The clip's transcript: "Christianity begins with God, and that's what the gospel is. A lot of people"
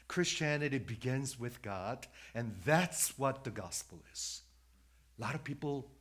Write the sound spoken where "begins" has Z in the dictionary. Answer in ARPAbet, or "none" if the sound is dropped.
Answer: Z